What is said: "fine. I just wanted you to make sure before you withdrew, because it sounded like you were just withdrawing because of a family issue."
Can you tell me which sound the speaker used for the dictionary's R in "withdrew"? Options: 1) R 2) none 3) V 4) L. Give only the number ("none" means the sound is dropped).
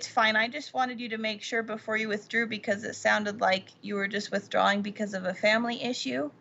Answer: 1